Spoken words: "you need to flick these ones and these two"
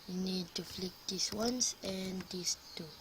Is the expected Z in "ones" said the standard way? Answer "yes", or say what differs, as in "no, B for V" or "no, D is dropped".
no, S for Z